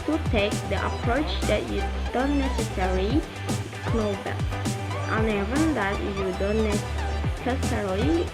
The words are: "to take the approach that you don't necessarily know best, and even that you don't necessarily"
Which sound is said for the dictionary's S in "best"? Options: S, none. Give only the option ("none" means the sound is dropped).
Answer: none